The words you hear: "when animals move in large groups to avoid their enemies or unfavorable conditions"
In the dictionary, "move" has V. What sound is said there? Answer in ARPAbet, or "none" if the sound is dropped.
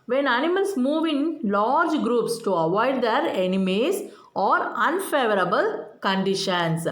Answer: V